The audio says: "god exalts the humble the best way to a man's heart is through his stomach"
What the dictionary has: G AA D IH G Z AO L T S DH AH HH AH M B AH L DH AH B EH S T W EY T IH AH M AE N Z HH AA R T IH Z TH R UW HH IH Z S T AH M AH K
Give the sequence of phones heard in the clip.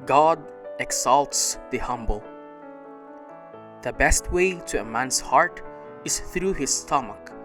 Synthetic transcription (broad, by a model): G AA D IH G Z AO L T S DH AH HH AH M B AH L DH AH B EH S T W EY T IH AH M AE N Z HH AA R T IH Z TH R UW HH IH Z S T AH M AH K